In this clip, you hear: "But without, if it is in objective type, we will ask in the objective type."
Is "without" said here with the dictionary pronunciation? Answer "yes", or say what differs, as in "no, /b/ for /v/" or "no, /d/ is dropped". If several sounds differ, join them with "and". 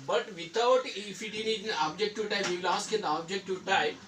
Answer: no, /t/ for /θ/